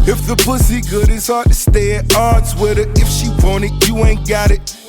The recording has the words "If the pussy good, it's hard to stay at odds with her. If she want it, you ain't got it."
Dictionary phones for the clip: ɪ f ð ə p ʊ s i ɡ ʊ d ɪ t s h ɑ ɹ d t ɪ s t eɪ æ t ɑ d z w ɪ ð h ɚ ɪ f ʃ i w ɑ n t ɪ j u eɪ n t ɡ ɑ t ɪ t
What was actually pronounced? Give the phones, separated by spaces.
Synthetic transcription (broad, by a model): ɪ f ð ə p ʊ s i ɡ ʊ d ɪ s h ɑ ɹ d t ɪ s t eɪ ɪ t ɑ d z w ɪ ð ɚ ɪ f ʃ i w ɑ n ɪ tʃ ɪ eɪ n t ɡ ɑ t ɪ t